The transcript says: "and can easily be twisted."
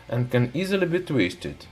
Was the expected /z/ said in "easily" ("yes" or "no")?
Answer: yes